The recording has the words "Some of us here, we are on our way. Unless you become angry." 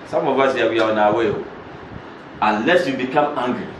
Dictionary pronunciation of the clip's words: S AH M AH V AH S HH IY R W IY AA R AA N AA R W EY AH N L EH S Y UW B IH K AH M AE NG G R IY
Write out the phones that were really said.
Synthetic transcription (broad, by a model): S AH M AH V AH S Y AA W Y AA W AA N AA W EY AH N L EH S Y UW B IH K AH M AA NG G R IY